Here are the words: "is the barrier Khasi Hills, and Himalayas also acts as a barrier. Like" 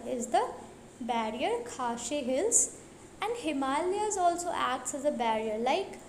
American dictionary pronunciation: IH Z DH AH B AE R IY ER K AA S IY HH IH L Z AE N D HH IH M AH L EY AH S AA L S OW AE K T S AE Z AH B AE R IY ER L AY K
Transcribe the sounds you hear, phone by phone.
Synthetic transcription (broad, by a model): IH Z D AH B AE R IY ER K AA SH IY HH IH L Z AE N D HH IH M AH L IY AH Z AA L S OW AE K T S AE Z AH B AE R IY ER L AY K